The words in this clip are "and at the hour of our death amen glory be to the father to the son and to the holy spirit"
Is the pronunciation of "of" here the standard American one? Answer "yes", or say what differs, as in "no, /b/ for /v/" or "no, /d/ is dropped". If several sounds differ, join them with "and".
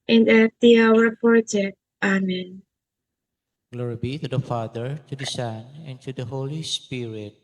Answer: no, /p/ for /v/